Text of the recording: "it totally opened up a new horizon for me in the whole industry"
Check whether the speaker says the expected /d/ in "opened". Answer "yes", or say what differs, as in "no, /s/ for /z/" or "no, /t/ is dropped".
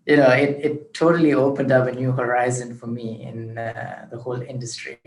yes